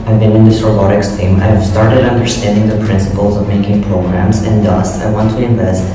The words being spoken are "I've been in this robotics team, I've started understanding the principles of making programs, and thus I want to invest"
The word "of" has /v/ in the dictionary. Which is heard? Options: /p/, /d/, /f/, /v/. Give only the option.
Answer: /v/